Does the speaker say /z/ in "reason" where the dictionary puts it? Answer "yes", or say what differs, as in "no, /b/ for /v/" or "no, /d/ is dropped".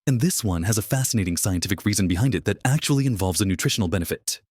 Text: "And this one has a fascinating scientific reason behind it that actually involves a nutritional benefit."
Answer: yes